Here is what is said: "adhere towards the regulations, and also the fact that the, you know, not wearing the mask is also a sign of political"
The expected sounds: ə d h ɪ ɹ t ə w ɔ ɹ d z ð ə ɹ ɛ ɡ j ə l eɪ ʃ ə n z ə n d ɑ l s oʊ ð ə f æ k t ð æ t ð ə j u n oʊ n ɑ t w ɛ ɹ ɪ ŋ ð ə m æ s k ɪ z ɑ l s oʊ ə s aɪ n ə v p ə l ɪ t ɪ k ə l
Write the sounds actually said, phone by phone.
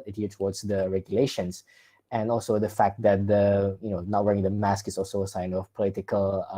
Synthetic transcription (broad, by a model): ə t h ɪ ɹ t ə w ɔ ɹ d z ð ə ɹ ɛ ɡ j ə l eɪ ʃ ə n s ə n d ɑ l s oʊ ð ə f æ k t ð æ t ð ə j u n oʊ n ɑ t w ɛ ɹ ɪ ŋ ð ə m æ s k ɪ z ɑ l s oʊ ə s aɪ n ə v p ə l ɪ t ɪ k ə l